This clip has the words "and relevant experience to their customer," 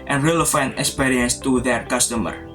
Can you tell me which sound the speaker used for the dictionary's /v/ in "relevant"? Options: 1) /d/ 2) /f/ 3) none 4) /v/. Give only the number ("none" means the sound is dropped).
2